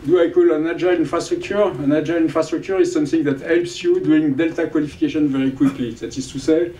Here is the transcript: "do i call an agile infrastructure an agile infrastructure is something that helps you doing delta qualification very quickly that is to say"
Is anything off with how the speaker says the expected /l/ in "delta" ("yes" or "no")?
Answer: no